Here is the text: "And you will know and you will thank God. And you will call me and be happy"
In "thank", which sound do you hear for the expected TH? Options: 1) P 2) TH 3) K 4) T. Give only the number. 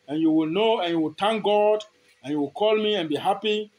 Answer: 4